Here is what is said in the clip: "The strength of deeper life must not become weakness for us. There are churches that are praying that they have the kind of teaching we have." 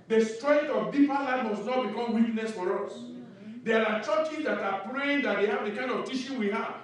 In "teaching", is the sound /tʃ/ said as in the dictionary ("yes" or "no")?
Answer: no